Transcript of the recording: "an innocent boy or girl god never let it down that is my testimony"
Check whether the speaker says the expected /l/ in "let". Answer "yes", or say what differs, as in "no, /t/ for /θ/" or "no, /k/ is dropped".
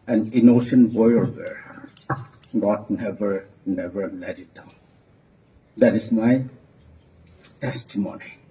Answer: no, /n/ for /l/